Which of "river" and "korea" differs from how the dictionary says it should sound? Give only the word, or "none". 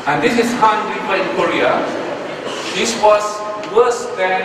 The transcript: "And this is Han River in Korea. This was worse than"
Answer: river